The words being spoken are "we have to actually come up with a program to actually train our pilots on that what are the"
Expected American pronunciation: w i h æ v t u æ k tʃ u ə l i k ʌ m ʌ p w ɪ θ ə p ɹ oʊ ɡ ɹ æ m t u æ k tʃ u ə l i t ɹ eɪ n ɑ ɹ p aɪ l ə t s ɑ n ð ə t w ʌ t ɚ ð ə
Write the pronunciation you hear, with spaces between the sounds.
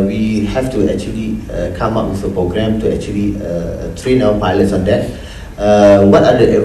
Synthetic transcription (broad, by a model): w i h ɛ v t u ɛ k tʃ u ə l i k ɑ m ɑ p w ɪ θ ə p ɹ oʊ ɡ ɹ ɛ m t u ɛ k tʃ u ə l i t ɹ eɪ n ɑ w p aɪ l ə t s ɑ n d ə t w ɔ t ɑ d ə